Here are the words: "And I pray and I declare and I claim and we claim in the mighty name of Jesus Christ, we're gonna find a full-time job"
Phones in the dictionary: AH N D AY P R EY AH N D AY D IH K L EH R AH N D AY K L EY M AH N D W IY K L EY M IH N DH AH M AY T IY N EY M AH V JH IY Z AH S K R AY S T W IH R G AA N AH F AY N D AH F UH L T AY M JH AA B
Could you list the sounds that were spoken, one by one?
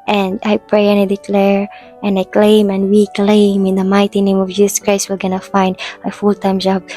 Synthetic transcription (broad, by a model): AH N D AY P R EY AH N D AY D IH K L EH R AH N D AY K L EY M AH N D W IY K L EY M IH N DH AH M AY T IY N EY M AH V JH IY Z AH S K R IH S W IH L G AA N AH F AY N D AH F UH L T AY M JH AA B